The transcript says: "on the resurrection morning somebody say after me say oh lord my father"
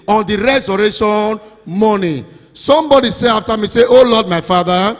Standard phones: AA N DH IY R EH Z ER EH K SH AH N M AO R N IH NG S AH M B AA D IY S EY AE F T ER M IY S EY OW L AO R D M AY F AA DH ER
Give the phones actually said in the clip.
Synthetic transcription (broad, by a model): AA N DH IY R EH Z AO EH SH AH N M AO N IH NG S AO M B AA D IY S EY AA F T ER M IY S EY OW L AO D M AY F AA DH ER